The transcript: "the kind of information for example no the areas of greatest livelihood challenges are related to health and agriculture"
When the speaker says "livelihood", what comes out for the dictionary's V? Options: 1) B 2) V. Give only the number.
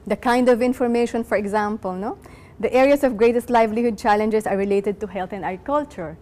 2